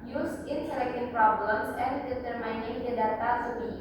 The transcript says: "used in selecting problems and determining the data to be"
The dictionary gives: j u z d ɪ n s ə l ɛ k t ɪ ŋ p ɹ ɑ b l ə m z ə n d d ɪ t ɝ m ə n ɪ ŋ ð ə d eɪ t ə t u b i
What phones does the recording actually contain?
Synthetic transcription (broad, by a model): j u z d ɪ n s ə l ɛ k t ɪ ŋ p ɹ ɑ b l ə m s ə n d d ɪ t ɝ m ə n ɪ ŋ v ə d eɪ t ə s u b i